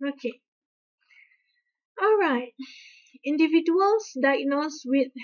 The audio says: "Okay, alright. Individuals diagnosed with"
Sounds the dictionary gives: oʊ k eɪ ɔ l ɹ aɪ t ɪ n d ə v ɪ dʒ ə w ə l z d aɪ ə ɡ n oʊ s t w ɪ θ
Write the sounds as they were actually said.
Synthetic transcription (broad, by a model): oʊ k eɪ ɔ l ɹ aɪ t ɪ n d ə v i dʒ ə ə l s d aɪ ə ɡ n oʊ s w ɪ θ